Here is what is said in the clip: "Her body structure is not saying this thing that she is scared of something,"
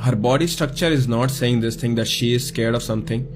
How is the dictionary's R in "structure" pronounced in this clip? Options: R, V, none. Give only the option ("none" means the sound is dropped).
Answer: R